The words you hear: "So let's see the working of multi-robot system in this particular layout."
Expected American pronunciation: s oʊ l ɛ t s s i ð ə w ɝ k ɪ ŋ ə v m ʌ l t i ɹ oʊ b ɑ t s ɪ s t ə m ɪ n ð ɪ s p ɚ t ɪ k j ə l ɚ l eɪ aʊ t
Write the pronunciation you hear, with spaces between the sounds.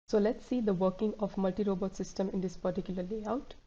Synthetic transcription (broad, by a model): s oʊ l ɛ t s s i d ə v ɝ k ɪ ŋ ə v m ʌ l t i ɹ oʊ b ɑ t s ɪ s t ə m ɪ n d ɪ s p ɚ t ɪ k j ə l ɚ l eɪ aʊ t